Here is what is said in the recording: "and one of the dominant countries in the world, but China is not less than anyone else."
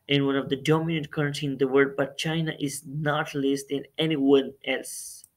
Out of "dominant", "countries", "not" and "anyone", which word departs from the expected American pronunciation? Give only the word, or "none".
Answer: countries